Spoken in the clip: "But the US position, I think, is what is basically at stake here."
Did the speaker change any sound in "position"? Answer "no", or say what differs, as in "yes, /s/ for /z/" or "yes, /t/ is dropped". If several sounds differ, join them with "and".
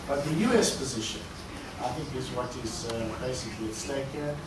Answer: no